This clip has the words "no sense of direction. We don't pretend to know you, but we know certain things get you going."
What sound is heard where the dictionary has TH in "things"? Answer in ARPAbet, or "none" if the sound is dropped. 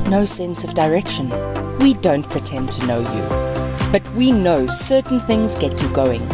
TH